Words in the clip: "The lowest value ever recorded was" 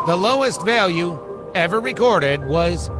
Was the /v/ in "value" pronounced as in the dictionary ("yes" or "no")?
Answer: yes